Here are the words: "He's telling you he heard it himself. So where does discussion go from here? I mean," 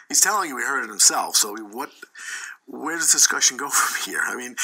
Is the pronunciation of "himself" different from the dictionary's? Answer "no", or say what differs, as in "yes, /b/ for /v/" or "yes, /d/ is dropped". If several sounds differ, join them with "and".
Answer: no